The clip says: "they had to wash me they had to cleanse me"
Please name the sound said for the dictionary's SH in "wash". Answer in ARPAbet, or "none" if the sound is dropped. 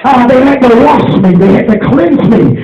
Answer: S